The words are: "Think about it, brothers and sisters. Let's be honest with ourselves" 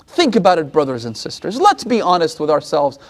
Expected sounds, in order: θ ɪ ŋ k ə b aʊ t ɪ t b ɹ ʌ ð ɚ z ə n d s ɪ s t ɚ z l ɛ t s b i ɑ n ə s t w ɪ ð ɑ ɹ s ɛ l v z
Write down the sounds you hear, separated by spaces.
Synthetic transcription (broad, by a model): θ ɪ ŋ k ə b aʊ t ɪ t b ɹ ʌ ð ɚ z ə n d s ɪ s t ɚ z l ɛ t s b i ɑ n ə s t w ɪ ð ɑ ɹ s ɛ l v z